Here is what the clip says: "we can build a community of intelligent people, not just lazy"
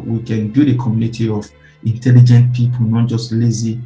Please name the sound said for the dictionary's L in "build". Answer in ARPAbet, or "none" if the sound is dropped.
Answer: none